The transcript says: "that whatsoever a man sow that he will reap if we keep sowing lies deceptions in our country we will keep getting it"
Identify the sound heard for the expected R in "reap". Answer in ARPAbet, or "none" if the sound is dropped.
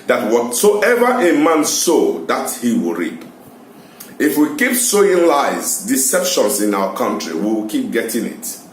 R